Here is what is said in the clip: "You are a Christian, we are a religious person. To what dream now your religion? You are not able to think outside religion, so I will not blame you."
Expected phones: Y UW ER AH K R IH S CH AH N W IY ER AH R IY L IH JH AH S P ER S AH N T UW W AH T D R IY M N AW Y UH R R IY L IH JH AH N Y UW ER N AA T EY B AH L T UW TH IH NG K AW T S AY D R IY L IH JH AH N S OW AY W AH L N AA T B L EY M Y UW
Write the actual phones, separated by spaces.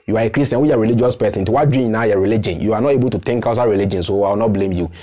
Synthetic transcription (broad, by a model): Y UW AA AH K R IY S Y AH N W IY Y AH R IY L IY JH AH S P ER S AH N T UW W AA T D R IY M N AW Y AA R R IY L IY JH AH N Y UW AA N AA T EY B AH L T UW T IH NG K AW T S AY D R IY L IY JH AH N S OW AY W AH L N AA T B L EY M Y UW